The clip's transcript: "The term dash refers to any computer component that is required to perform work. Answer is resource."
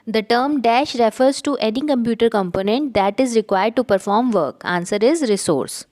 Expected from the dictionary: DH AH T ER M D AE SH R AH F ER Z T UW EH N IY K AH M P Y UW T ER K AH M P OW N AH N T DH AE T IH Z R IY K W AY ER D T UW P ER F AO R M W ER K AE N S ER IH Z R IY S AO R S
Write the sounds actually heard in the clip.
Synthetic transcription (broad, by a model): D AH T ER M D AE SH R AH F ER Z T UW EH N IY K AH M P Y UW T ER K AH M P OW N AH N T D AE T IH Z R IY K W AY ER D T UW P ER F AO R M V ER K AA N S ER IH Z R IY S AO R S